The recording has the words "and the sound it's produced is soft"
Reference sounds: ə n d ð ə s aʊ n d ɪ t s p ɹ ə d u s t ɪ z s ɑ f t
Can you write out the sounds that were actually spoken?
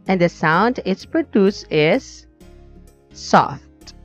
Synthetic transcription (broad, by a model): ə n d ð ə s aʊ n d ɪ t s p ɹ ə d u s ɪ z s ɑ f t